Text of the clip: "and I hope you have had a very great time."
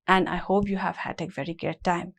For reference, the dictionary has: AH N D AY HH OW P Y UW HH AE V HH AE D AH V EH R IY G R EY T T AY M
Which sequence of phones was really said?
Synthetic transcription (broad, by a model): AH N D AY HH OW P Y UW HH AE V HH AE D AH V EH R IY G EY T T AY M